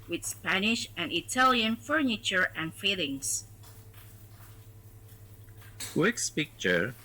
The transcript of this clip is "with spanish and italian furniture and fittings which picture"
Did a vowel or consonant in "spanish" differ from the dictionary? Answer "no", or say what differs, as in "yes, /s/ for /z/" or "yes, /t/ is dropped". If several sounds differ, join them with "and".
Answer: no